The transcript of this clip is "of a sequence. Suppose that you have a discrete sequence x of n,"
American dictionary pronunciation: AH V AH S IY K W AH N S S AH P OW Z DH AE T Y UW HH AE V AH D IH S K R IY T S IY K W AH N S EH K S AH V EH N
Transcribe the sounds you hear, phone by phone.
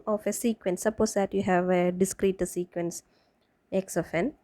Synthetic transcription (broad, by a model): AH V AH S IY K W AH N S S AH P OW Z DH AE T Y UW HH AE V AH D IH S K R IY T S IY K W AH N S EH K S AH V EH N